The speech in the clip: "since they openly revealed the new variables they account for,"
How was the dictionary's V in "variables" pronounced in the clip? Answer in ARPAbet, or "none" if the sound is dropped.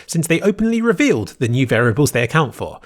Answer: V